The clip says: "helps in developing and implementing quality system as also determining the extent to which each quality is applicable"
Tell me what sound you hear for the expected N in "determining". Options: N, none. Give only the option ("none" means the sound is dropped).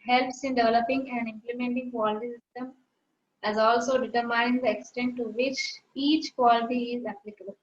none